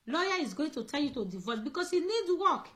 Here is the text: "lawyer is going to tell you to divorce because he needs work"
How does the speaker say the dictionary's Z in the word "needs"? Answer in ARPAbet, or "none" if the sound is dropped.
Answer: none